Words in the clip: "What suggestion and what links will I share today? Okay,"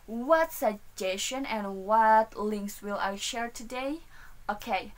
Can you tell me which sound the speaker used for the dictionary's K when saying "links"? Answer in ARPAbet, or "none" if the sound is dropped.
K